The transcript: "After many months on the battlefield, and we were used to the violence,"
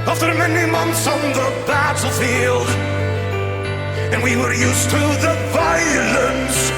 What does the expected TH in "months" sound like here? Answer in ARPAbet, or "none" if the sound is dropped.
TH